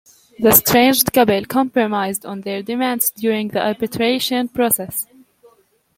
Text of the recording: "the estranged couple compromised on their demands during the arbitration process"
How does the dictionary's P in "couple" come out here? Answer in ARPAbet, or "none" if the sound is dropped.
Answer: B